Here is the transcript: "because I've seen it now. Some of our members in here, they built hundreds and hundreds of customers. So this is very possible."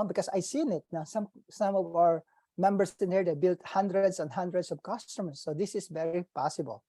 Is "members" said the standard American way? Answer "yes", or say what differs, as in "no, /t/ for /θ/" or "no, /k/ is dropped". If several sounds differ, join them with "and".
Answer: no, /s/ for /z/